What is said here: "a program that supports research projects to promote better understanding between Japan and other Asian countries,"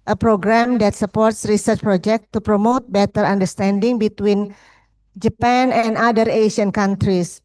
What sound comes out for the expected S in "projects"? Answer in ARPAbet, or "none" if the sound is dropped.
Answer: none